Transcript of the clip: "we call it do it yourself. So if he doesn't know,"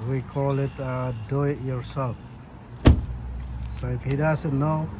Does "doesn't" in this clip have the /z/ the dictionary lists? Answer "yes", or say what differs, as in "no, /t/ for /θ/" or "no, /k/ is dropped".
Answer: no, /s/ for /z/